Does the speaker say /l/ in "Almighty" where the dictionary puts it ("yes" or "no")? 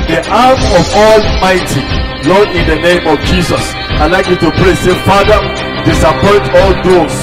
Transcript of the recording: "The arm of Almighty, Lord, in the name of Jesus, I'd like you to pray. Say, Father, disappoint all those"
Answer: yes